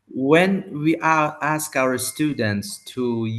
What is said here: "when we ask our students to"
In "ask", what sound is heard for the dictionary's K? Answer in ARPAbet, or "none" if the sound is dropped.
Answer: K